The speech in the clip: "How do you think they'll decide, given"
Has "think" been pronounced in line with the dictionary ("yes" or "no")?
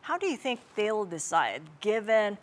yes